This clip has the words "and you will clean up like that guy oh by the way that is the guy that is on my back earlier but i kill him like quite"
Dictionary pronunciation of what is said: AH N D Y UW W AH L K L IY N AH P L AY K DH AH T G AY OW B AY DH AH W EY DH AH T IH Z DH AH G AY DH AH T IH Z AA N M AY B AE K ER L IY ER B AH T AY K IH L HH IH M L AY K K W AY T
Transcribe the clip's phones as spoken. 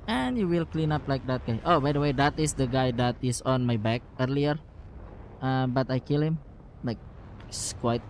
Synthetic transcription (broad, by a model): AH N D Y UW W AH L K L IY N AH P L AY K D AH T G AY OW B AY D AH W EY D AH T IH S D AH G AY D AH T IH S AA N M AY B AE K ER L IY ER B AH T AY K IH L HH IH M L AY K K W AY T